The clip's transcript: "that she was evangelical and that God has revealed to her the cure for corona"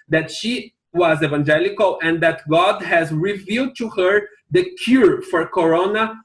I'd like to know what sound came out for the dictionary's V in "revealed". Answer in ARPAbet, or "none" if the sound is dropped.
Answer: V